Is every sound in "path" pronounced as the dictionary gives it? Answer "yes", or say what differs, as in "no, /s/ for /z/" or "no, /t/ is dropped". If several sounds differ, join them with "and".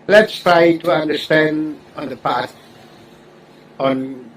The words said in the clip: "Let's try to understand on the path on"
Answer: no, /s/ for /θ/